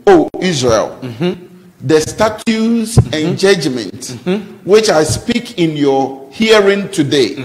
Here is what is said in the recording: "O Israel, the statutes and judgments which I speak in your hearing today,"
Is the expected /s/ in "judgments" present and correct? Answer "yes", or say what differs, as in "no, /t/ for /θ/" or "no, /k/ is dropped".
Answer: no, /s/ is dropped